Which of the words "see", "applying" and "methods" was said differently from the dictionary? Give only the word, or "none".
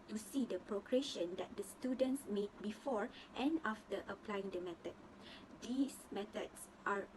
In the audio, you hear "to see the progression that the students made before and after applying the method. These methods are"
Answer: methods